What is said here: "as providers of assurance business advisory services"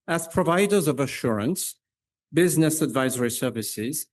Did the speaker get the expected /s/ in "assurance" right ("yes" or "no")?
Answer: yes